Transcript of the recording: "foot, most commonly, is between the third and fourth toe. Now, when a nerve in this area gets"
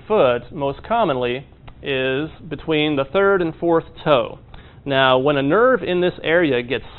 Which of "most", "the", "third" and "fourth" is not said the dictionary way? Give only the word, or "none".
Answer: none